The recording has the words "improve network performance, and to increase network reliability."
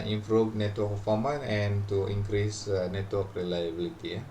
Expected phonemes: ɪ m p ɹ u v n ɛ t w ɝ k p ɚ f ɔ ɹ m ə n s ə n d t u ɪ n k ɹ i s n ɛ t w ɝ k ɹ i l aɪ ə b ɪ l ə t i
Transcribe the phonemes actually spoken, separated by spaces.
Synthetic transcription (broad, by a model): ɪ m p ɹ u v n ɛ t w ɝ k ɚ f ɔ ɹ m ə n ə n t u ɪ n k ɹ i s n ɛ t w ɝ k ɹ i l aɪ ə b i l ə t i